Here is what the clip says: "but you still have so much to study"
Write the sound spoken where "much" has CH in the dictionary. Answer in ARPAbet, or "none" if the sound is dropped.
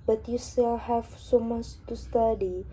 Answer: S